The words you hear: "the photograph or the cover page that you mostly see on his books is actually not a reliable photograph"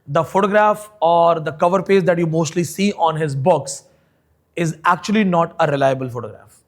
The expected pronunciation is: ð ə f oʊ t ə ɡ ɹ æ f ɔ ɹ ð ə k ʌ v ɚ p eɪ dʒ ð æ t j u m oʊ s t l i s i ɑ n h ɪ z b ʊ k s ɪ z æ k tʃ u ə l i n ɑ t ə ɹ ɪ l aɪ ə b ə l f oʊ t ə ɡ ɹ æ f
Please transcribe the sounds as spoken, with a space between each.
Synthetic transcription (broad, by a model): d ə f oʊ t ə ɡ ɹ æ f ɔ ɹ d ə k ʌ v ɚ p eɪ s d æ t j u m oʊ s t l i s i ɑ n h ɪ z b ʊ k s ɪ z æ k tʃ u ə l i n ɑ t ə ɹ ɪ l aɪ ə b ə l f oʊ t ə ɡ ɹ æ f